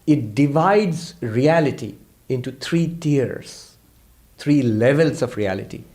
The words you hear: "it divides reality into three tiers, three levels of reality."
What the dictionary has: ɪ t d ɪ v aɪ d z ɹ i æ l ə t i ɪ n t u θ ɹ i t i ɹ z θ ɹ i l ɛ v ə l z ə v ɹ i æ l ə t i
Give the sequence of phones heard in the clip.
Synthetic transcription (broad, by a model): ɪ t d ɪ v aɪ d z ɹ i æ l ə t i ɪ n t u t ɹ i t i ɹ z t ɹ i l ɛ v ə l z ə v ɹ i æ l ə t i